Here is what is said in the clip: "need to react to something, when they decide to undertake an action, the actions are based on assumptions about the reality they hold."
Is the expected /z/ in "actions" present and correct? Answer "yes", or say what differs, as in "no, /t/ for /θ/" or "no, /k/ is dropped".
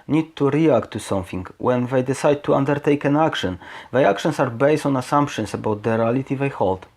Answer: no, /s/ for /z/